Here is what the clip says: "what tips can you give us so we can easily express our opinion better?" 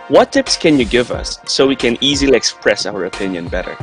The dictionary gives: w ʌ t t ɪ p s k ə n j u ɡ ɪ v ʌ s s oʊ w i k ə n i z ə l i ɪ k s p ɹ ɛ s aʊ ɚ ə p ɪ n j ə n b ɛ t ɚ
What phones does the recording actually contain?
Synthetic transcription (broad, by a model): w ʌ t t ɪ p s k ə n j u ɡ ɪ v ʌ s s oʊ w i k ə n i z ə l i ɪ k s p ɹ ɛ s aʊ ɚ ə p ɪ n j ə n b ɛ t ɚ